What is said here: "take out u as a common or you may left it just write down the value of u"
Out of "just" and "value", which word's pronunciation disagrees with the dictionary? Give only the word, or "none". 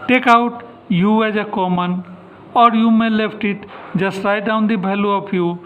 value